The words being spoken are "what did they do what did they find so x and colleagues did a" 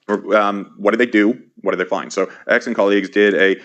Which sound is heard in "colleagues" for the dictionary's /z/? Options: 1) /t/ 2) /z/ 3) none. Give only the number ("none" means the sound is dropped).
2